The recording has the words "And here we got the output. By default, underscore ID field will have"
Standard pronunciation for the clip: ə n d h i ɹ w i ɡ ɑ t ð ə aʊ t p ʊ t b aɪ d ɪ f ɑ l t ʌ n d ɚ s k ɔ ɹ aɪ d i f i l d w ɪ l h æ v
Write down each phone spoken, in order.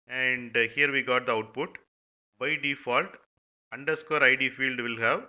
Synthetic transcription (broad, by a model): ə n d h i ɹ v i ɡ ɑ t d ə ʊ t p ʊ t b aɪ d ɪ f ɑ l t ʌ n d ɚ s k ɔ ɹ aɪ d i f i l d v ɪ l h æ v